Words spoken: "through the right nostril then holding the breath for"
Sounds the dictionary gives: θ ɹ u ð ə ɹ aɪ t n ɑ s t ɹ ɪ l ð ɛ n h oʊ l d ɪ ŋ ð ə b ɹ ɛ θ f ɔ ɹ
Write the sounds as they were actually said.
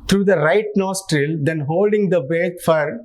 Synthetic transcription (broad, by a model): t ɹ u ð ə ɹ aɪ t n ɑ s t ɹ ɪ l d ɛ n h oʊ l d ɪ ŋ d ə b ɛ t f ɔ ɹ